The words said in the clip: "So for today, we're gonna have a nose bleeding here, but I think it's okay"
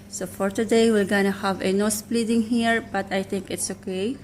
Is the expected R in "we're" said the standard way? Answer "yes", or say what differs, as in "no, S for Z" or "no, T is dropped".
no, L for R